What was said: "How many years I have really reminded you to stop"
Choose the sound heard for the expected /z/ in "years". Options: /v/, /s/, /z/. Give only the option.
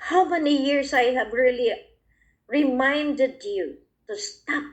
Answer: /s/